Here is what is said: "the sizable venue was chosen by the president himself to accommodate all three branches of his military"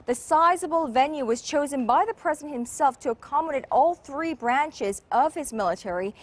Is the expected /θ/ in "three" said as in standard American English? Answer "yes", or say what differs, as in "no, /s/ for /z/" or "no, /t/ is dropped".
yes